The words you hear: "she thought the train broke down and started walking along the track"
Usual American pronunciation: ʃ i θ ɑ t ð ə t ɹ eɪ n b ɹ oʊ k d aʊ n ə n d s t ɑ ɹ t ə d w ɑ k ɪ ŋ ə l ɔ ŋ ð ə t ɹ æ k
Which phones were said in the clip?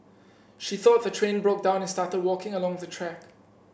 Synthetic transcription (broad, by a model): ʃ i θ ɑ t ð ə t ɹ eɪ n b ɹ oʊ k d aʊ n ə n s t ɑ t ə d w ɑ k ɪ ŋ ə l ɔ ŋ ð ə t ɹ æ k